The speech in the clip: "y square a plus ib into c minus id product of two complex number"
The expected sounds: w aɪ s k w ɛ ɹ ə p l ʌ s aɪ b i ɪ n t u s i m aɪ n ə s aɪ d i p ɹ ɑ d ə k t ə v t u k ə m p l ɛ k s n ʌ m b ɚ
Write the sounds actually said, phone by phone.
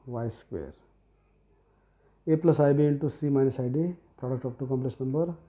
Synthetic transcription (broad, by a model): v aɪ s k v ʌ ɹ ə p l ʌ s aɪ b i ɪ n t u s i m aɪ n ə s aɪ d i p ɹ ɑ d ə k t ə p t u k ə m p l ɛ s n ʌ m b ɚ